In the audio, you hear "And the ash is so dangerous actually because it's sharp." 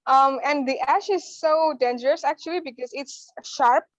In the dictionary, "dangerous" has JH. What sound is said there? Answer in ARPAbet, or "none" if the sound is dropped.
JH